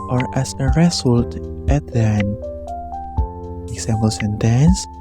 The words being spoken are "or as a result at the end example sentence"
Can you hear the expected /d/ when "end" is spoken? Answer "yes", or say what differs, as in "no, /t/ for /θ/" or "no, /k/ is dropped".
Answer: no, /d/ is dropped